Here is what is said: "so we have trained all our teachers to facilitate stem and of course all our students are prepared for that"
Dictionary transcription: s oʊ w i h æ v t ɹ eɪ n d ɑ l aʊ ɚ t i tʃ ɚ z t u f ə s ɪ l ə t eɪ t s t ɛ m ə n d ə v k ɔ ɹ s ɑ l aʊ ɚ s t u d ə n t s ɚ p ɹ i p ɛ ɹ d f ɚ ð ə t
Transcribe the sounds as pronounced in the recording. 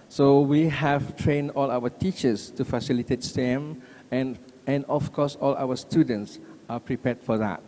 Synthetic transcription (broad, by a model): s oʊ w i h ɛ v t ɹ eɪ n d ɑ l aʊ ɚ t i tʃ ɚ s t u f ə s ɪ l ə t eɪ t s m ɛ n ə n d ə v k ɔ s ɑ l aʊ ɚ s t u d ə n t s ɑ p ɹ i p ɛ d f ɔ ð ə t